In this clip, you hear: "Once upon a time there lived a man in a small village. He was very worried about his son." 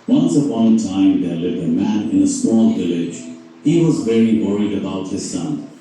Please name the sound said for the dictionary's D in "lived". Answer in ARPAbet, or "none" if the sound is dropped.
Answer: none